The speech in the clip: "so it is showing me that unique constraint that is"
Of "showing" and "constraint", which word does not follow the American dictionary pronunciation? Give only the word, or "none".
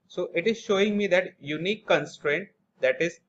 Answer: none